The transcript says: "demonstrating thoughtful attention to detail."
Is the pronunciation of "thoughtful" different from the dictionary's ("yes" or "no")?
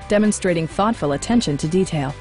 no